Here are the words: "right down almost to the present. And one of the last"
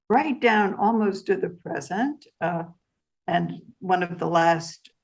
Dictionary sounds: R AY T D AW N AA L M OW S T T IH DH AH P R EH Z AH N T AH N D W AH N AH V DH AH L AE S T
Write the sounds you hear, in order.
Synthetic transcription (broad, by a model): R AY T D AW N AA L M OW S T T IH DH AH P R EH Z AH N T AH N W AH N AH V DH AH L AE S T